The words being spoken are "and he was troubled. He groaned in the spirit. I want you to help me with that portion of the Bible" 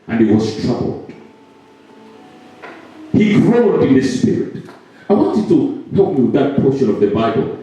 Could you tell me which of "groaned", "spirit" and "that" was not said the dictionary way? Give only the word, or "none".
groaned